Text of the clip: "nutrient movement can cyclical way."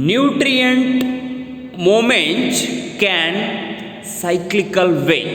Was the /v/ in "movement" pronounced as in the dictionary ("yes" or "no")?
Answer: no